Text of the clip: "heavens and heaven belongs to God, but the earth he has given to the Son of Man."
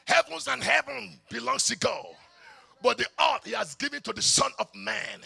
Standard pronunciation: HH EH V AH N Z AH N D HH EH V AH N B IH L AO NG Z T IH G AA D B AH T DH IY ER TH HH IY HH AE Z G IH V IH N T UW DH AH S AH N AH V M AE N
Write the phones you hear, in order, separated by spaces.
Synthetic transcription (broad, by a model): HH EH V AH N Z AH N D HH EH V AH N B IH L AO NG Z T IH G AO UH B AH T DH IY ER T HH IY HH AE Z G IH V IH N T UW DH AH S AH N AH V M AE N